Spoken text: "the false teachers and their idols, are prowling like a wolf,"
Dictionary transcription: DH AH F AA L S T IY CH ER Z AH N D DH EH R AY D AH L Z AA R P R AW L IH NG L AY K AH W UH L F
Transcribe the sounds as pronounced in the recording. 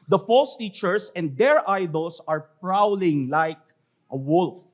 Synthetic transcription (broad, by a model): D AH F AA L S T IY CH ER S AH N D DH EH R AY D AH L S AA R P R AW L IH NG L AY K AH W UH L F